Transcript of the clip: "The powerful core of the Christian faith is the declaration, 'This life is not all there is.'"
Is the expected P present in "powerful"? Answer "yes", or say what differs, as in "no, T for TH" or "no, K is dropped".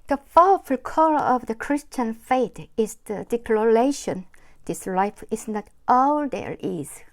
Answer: no, F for P